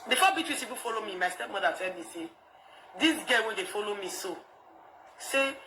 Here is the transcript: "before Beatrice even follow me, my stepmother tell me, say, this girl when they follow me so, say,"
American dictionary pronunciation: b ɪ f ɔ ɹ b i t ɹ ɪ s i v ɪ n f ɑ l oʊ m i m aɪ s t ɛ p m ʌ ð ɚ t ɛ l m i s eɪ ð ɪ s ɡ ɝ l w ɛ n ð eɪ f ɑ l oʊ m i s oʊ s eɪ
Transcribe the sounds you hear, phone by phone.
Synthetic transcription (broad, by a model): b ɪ f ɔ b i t w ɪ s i p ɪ f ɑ l oʊ m i m aɪ s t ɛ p m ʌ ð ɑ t ɛ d m i s eɪ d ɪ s ɡ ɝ w ɛ n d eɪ f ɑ l oʊ m i s oʊ s eɪ